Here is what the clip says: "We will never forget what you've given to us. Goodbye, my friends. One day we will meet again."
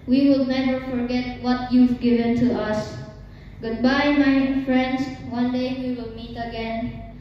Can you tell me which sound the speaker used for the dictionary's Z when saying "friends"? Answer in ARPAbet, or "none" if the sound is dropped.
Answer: S